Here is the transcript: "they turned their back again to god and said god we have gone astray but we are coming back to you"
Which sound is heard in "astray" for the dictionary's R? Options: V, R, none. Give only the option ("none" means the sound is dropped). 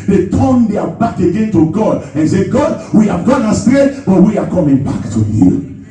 none